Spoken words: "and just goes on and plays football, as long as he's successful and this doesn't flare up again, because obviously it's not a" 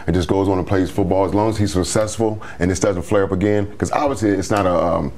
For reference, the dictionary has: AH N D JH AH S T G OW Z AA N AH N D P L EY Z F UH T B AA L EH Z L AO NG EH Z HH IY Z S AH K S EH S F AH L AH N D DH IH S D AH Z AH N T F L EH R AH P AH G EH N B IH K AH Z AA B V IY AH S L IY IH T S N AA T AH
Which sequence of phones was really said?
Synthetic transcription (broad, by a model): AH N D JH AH S G OW Z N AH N P L EY Z F UH T B AA L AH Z L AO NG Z HH IY Z S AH K S EH S F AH L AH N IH S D AH Z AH N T F L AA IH AH P AH G EH N K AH Z AA B V IY AH S L IY IH T S N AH T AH